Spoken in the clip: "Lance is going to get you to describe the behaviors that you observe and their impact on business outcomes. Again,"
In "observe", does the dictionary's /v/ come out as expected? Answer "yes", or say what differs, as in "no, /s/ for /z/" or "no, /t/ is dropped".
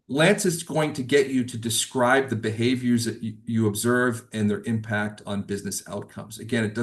yes